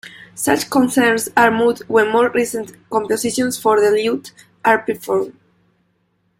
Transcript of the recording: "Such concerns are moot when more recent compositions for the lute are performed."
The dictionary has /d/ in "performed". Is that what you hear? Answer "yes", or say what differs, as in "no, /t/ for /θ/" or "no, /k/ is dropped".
no, /d/ is dropped